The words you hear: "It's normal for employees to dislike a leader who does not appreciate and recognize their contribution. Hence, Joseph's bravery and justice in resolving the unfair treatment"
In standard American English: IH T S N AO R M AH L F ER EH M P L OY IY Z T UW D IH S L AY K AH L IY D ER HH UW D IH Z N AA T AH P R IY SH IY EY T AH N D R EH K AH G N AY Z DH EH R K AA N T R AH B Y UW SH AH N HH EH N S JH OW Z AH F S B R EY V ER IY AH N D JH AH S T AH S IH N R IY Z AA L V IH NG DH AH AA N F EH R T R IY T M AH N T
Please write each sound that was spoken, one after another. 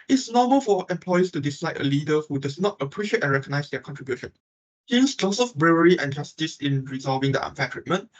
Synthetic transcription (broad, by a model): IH T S N AO M AH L F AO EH M P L OY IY S T UW D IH S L AY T AH L IY D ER HH UW D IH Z N AA T AH P R IY SH IY EY T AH N R EH K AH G N AY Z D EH K AA N T R AH B Y UW SH AH N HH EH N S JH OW S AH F B R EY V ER IY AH N JH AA S T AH S IH N R IY Z AA L V IH NG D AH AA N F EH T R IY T M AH N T